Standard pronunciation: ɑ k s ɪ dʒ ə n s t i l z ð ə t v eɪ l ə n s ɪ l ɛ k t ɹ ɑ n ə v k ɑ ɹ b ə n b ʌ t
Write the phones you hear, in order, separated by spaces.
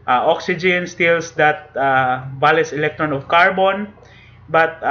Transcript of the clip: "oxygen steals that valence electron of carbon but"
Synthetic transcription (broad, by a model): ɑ k s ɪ dʒ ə n s t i l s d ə t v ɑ l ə s ɪ l ɛ k t ɹ ɑ n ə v k ɑ ɹ b ə n b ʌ t